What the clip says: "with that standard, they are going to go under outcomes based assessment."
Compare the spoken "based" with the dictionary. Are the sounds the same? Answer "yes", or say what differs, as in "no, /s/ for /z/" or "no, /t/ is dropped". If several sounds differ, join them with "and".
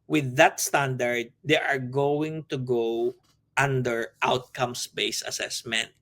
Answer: no, /t/ is dropped